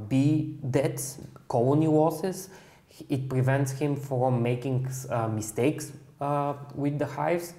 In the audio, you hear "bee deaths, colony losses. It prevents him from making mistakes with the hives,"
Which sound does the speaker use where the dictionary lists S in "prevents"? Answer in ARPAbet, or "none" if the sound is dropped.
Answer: S